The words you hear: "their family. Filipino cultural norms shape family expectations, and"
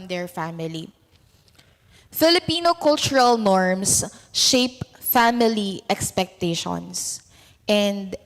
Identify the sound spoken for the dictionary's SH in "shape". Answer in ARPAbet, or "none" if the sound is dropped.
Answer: SH